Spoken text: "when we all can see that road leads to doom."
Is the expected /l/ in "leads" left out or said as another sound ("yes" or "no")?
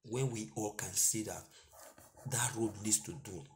yes